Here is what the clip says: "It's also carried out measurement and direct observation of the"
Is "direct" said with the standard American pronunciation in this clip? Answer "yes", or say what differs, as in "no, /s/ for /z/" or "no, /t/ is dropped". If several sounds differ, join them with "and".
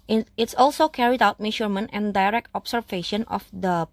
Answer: yes